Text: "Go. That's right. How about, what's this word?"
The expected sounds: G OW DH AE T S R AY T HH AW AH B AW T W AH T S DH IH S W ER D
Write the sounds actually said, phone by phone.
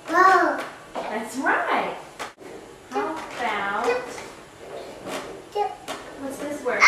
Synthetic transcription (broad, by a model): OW DH AE T S R AY T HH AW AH AW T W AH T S DH IH S W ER